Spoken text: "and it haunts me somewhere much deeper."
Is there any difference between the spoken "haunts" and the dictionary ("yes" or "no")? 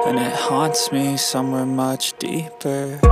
no